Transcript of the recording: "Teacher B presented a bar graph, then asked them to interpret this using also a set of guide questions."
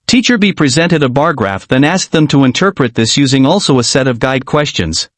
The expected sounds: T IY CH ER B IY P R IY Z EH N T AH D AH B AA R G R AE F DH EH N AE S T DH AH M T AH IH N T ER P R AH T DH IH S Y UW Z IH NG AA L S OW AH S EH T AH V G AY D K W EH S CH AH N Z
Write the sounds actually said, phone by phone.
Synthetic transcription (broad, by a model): T IY CH ER B IY P R IY Z EH N T AH D AH B AA R G R AE F DH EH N AE S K DH AH M T AH IH N T ER P R AH T DH IH S Y UW Z IH NG AA L S OW AH S EH T AH V G AY D K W EH S CH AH N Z